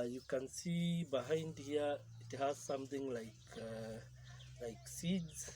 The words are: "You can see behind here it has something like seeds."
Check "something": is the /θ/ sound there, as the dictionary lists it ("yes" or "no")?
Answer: no